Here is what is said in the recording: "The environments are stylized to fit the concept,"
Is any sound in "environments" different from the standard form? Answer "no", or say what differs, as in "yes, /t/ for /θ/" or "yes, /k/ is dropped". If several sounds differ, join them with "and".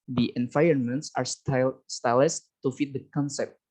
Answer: yes, /ɹ/ is dropped